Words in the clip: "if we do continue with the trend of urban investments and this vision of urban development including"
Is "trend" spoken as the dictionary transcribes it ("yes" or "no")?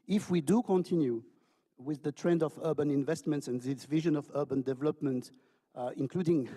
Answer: yes